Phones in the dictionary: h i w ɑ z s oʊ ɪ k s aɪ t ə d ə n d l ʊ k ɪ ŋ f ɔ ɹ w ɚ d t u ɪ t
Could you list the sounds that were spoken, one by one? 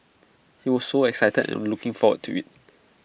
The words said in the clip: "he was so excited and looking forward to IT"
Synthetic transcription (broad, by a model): h i w ɑ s s oʊ ɪ k s aɪ t ə d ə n l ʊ k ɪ ŋ f ɔ w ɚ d t u ɪ t